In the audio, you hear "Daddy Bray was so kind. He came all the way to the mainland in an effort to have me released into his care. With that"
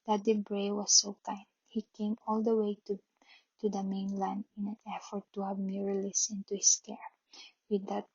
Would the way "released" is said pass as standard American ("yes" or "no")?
no